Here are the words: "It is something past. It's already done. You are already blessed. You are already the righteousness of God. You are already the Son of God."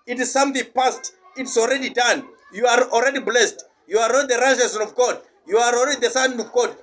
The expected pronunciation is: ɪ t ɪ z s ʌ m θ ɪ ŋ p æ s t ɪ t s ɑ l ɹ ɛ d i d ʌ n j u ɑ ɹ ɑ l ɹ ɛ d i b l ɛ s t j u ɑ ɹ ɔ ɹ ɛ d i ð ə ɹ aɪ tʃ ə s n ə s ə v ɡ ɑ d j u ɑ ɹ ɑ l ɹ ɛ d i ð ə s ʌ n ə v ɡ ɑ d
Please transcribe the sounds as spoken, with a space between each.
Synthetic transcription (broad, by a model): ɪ t ɪ z s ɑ m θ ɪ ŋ p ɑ s t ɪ t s ɑ l ɹ ɛ d i d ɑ n j u ɑ ɹ ɑ l ɹ ɛ d i b l ɛ s t j u ɑ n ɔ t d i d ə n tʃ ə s ə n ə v ɡ ɑ d j u ɑ ɹ ɑ l ɹ ɛ d i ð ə s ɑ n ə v ɡ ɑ d